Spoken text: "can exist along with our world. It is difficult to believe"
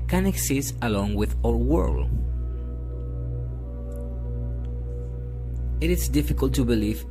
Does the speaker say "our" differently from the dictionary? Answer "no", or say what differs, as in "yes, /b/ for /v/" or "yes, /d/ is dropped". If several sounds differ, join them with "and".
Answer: yes, /l/ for /ɹ/